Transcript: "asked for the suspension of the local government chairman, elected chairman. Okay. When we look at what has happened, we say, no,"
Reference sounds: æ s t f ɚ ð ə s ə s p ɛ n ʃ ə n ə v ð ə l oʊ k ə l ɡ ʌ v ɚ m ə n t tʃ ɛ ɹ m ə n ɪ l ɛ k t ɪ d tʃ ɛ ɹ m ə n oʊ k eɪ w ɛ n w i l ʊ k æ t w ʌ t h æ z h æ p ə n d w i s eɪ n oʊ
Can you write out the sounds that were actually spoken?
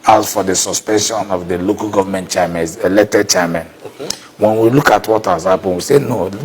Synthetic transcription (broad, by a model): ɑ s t f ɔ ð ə s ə s p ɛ n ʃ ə n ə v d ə l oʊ k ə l ɡ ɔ v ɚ m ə n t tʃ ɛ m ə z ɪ l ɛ t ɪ tʃ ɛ m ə n w ɛ n w i l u k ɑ t w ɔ t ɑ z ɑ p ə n w i s eɪ n oʊ